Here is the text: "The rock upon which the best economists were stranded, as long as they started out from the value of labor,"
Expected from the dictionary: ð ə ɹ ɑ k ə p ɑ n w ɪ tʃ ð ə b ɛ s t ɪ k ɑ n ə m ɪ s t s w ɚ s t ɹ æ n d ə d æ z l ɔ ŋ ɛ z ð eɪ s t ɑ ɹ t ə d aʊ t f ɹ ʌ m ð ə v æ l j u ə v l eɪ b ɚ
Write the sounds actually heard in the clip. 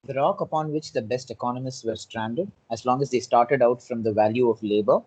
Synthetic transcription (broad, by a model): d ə ɹ ɑ k ə p ɑ n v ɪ tʃ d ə b ɛ s t ɪ k ɑ n ə m ɪ s t s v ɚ s t ɹ æ n d ə d æ z l ɔ ŋ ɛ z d eɪ s t ɑ ɹ t ə d aʊ t f ɹ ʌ m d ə v æ l j u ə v l eɪ b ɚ